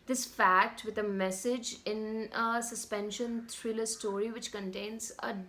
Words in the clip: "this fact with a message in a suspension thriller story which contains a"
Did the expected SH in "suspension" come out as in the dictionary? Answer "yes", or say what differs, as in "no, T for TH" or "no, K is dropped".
yes